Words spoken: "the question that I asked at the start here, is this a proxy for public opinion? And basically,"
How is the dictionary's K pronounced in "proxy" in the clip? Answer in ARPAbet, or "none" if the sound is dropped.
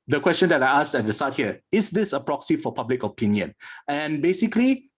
K